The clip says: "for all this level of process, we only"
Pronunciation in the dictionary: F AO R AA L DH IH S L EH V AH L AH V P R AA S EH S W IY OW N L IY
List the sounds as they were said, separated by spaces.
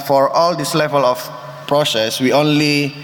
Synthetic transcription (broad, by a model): F AO R AA L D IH S L EH V AH L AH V P R AA S EH S W IY OW N L IY